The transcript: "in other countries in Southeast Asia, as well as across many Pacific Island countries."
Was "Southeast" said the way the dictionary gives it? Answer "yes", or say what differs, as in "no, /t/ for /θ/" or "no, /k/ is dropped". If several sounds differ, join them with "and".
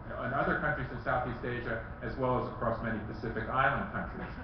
yes